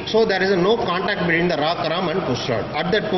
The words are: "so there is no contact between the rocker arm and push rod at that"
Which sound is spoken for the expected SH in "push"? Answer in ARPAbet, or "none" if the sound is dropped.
S